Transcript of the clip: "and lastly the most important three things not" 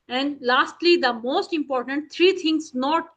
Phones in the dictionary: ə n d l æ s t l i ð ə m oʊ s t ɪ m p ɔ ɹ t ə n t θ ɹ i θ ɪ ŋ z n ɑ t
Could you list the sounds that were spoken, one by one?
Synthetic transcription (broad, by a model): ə n d l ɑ s t l i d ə m oʊ s t ɪ m p ɔ ɹ t ə n t t ɹ i t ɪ ŋ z n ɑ t